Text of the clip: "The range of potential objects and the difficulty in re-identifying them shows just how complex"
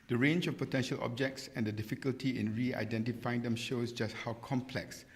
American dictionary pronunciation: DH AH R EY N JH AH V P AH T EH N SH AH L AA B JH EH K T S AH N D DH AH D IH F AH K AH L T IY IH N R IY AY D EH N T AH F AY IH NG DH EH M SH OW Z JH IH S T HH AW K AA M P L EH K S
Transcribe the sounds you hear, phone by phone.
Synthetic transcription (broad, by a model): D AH R EY N JH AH F P AH T EH N SH AH L AA B JH EH K T S AH N D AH D IH F AH K AH L T IY IH N R IY AY D EH N T AH F AY IH NG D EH M SH OW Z JH IH S T HH AW K AA M P L EH K S